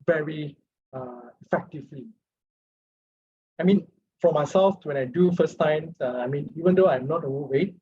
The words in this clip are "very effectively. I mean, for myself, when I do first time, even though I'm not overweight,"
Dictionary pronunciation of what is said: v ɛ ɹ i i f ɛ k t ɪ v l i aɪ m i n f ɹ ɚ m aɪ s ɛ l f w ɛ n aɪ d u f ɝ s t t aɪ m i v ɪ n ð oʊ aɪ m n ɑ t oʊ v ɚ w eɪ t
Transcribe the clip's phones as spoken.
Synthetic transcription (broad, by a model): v ɛ ɹ i i f ɛ k t ɪ v l i aɪ m i n f ɹ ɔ m aɪ s ɛ l f w ɛ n aɪ d u f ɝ s t s aɪ m i v ɪ n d oʊ aɪ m n ɑ t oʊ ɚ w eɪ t